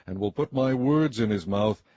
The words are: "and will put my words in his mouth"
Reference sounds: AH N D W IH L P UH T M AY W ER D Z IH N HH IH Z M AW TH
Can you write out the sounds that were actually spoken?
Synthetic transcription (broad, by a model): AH N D W IH L P UH T M AY W ER D Z IH N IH Z M AW TH